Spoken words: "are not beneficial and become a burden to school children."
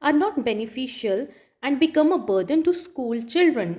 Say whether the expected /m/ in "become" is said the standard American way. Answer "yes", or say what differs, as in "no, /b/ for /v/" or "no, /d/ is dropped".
yes